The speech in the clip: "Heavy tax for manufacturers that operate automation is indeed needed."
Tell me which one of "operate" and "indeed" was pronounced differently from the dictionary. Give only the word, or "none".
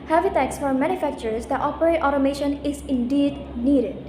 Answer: none